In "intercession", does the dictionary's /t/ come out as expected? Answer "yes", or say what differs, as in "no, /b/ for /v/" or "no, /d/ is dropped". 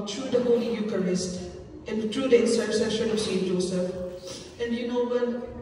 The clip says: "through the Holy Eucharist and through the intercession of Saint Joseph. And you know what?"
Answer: no, /s/ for /t/